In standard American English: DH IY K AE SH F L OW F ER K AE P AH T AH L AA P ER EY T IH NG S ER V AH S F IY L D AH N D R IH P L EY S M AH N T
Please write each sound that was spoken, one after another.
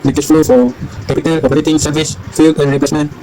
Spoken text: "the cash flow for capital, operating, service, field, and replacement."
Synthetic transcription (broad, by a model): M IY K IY S F L OW F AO K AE P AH T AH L AA P ER EY T IH NG S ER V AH S F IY L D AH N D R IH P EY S M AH N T